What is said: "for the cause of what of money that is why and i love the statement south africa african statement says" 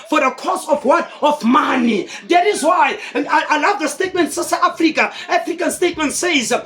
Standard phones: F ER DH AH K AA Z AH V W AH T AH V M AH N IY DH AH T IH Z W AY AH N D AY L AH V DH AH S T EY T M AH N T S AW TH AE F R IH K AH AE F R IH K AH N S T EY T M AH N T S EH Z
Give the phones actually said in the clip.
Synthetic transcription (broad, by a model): F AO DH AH K AA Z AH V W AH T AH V M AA N IY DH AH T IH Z W AY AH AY L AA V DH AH S T EY T M AH N T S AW S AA F R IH K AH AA F R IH K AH N S T EY T M AH N T S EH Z